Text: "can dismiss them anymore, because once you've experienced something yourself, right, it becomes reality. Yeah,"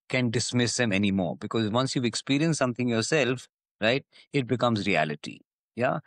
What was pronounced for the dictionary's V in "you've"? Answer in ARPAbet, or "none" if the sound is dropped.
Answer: none